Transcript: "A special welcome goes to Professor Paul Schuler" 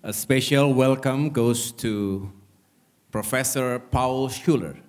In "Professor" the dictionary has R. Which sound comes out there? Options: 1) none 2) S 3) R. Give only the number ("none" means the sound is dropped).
3